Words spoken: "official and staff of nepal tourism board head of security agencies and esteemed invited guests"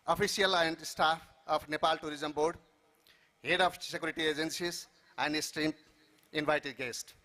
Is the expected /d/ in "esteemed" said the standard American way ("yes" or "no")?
no